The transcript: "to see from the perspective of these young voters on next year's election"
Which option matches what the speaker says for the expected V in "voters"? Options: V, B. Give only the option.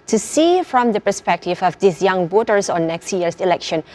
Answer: B